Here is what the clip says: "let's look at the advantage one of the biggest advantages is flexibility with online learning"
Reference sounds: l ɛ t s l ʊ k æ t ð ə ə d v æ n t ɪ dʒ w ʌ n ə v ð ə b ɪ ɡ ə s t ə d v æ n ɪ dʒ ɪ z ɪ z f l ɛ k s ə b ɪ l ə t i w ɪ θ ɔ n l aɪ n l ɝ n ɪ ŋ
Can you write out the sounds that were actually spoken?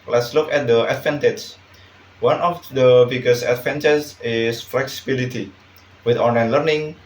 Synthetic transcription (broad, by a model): l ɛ t s l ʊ k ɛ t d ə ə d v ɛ n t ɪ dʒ w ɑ n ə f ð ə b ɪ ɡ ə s ə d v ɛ n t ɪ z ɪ s f l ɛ k s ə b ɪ l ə t i w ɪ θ ɔ n l aɪ n l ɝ n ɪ ŋ